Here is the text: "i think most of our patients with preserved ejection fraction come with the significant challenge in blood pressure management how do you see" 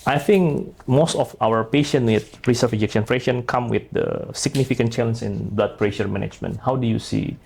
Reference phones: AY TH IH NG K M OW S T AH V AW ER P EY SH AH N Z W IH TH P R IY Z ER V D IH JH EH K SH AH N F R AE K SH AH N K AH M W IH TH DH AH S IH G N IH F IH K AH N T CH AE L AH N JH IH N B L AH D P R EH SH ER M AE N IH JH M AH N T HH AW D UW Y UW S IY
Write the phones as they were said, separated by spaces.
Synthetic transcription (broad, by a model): AY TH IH NG K M OW S T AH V AW ER P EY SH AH N W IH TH R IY S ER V IH JH EH K SH AH N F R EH SH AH N K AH M W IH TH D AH S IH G N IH F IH K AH N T CH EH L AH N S IH N B L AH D P R EH SH ER M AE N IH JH M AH N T HH AW D UW Y UW S IY